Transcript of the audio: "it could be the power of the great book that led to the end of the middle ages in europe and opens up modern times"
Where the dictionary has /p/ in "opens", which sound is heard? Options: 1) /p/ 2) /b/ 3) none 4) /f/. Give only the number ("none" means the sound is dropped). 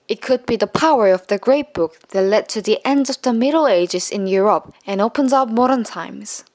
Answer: 1